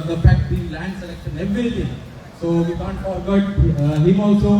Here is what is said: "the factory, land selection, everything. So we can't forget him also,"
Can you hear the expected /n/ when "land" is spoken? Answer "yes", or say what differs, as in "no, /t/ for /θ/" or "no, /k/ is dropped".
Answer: yes